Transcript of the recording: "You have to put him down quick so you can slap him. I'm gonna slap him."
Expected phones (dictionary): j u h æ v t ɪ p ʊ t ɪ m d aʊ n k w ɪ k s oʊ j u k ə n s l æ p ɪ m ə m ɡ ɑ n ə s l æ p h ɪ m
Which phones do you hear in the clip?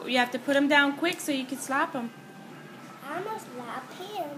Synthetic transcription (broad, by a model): j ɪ h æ f t ɪ p ʊ t ɪ m d aʊ n k w ɪ k s oʊ j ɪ k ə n s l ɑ p ɪ m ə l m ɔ ə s l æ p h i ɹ